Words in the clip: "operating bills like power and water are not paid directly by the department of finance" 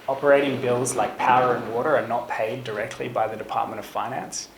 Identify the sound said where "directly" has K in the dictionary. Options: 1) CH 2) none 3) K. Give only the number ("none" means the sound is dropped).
3